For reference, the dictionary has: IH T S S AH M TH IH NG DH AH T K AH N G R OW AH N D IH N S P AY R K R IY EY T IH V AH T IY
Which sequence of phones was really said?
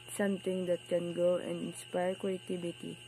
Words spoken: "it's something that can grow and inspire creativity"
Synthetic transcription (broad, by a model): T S S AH M T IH NG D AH T K AH N G OW AH N D IH N S P AY R K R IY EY T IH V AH T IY